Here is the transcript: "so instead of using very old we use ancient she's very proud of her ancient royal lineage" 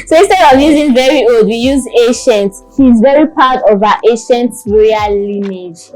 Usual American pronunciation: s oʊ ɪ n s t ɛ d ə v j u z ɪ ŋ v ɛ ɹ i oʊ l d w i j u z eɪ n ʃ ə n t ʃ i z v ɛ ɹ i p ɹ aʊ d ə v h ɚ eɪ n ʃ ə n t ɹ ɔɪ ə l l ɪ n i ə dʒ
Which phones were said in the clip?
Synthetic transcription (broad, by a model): s oʊ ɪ s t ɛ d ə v j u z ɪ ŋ v ɛ ɹ i oʊ l d w i j u z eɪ ʃ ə n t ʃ i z v ɛ ɹ i p aʊ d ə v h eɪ ʃ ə n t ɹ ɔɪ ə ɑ l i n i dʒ